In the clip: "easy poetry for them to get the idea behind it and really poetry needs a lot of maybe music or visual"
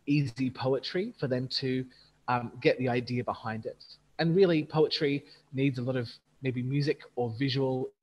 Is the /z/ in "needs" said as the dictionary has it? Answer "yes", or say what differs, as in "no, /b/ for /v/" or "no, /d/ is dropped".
yes